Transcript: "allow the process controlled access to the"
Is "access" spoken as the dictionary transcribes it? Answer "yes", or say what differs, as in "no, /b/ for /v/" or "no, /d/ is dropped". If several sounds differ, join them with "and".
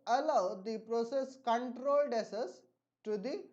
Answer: no, /k/ is dropped